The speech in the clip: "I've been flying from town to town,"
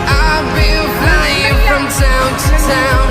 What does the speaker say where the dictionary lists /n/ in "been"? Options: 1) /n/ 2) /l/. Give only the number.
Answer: 2